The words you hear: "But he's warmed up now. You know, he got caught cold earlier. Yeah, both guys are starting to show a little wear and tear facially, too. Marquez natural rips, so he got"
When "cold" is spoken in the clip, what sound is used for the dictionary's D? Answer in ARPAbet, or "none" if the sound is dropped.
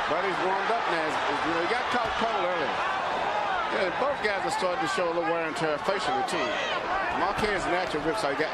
none